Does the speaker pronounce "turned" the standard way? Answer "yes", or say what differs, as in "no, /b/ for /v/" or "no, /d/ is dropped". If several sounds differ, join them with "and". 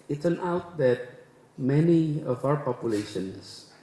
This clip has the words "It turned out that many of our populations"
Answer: no, /d/ is dropped